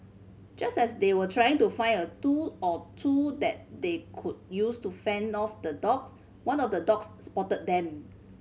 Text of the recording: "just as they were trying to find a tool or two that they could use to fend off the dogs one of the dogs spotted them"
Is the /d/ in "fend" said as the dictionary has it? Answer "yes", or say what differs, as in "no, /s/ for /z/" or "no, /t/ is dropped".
yes